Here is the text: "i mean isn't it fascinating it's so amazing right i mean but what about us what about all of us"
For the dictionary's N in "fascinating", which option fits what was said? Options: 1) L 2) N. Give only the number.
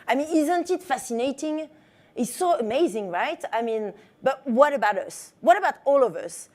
2